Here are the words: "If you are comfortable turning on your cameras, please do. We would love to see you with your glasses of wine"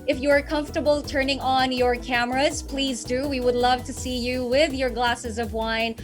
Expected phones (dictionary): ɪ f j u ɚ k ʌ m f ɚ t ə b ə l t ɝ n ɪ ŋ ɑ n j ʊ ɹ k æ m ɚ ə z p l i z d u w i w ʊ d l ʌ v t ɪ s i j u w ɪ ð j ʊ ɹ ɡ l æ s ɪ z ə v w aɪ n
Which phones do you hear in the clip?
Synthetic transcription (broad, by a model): ɪ f j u ɚ k ʌ m f t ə b l t ɝ n ɪ ŋ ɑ n j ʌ ɹ k æ m ɚ ə z p l i z d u w i w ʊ d l ʌ v t ɪ s i j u w ɪ ð j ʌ ɹ ɡ l æ s ɪ z ə v w aɪ n